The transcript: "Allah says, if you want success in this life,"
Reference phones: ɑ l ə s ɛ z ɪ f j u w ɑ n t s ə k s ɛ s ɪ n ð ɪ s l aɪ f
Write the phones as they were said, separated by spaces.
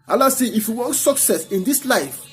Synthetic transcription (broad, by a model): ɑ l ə s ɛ ɪ f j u w ɑ n t s ə k s ɛ s ɪ n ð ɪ s l aɪ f